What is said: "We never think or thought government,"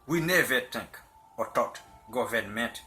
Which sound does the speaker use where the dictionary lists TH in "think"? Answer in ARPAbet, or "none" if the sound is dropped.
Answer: T